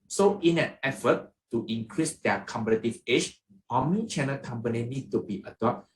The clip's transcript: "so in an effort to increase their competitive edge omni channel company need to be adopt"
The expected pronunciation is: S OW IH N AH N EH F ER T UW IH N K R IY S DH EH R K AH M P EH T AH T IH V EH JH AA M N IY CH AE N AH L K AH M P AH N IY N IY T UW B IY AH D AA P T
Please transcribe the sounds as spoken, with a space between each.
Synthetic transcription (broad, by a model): S OW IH N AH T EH F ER T UW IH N K R IY S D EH K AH M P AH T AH T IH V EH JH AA M IY CH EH N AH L K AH M P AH N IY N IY T UW B IY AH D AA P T